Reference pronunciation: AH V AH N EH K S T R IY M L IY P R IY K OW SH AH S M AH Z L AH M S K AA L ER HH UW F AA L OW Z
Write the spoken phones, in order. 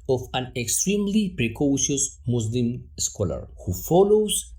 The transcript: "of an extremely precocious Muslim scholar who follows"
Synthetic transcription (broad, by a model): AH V AH N EH K S T R IY M L IY P R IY K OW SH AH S M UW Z L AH M S K AA L ER HH UW F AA L OW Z